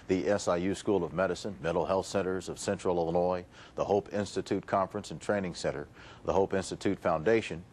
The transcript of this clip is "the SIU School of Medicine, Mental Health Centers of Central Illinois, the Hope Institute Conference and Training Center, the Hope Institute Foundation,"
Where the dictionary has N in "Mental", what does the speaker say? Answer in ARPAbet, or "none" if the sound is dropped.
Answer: none